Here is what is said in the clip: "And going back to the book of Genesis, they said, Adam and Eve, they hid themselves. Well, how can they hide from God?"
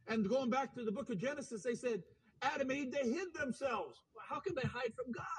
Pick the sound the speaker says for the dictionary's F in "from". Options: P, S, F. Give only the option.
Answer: F